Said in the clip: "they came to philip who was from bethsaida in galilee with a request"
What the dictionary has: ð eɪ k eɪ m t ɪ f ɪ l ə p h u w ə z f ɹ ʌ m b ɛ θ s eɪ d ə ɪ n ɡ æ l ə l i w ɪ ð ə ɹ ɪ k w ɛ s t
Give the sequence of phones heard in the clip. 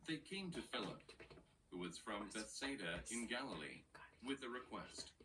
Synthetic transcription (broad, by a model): ð eɪ k eɪ m t ɪ f ɪ l ə p h u w ə z f ɹ ʌ m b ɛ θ s eɪ d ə ɪ n ɡ æ l ə l i w ɪ ð ə ɹ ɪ k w ɛ s t